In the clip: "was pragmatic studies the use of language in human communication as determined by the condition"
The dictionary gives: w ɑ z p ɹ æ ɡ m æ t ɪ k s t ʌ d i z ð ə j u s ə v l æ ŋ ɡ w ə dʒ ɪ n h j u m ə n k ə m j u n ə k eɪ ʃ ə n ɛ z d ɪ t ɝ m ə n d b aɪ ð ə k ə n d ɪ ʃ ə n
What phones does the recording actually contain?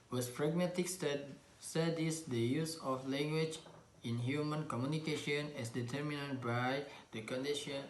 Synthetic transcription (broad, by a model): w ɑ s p ɹ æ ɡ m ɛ t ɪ k s s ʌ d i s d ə j u s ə f l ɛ ŋ ɡ w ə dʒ ɪ n h j u m ə n k ə m j u n ə k eɪ ʃ ə n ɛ s d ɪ t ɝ m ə n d b aɪ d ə k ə n d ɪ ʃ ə n